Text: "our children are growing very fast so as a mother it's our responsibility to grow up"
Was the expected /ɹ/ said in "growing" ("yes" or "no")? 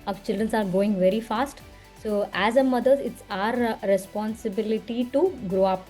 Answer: no